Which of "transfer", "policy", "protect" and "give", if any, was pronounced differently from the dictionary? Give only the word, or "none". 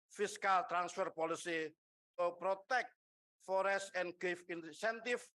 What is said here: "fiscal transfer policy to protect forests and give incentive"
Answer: give